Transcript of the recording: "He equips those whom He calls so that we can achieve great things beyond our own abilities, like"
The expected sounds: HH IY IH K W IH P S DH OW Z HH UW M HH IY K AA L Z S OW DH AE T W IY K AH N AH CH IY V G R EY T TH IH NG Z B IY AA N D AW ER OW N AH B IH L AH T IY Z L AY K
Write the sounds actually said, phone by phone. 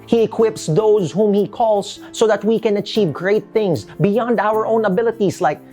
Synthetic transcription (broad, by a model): HH IY IH K W IH P S DH OW Z HH UW M HH IY K AA L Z S OW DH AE T W IY K AH N AH CH IY V G R EY T TH IH NG Z B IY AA N D AW ER OW N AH B IH L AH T IY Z L AY K